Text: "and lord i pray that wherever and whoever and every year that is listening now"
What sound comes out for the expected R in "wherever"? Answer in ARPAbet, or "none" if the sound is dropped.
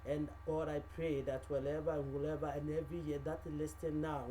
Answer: L